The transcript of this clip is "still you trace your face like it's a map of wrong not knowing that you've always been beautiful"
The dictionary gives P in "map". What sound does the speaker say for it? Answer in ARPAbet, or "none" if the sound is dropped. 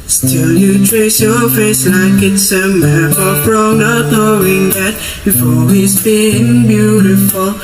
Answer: B